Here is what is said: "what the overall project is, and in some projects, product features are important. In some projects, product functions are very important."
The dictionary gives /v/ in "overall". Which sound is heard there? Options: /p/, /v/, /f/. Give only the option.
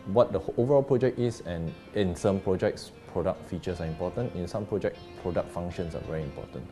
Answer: /v/